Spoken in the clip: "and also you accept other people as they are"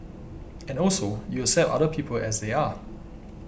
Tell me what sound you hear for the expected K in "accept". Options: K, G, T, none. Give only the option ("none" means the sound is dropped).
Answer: none